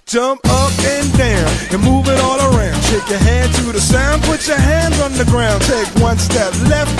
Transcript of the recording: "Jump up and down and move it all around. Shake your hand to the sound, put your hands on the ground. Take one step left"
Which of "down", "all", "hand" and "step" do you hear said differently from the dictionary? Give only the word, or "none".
hand